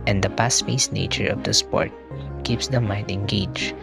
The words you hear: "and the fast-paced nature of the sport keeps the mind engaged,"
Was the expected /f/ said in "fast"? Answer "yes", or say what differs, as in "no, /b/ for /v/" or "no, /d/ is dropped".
no, /p/ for /f/